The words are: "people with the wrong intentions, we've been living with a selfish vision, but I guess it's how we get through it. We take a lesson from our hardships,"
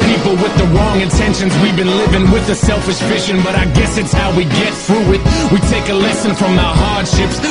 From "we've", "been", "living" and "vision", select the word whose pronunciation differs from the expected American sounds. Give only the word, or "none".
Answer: vision